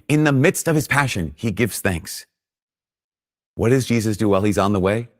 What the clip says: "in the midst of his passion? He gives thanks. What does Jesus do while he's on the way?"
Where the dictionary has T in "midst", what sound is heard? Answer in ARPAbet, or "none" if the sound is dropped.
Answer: T